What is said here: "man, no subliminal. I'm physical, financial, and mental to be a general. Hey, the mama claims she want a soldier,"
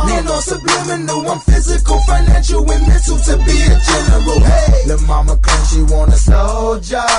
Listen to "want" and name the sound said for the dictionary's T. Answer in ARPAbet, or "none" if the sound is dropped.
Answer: none